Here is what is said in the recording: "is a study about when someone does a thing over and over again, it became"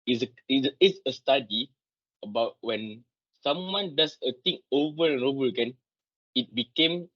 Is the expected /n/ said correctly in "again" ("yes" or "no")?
yes